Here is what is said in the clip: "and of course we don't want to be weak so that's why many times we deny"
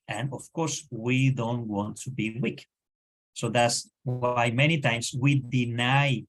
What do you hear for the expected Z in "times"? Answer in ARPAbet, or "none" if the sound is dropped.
S